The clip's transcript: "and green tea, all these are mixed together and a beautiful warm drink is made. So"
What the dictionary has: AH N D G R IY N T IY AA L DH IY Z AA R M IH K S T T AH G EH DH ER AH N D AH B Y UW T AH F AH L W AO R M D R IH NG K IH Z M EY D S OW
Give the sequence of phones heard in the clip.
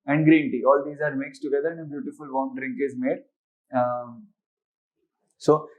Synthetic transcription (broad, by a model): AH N D G R IY N T IY AA L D IY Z AA R M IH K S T T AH G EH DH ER AH N D AH B Y UW T AH F AH L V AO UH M D R IH NG K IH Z M EY D S OW